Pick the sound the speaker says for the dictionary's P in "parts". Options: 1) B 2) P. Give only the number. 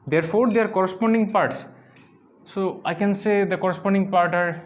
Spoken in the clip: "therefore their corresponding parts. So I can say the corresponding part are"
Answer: 2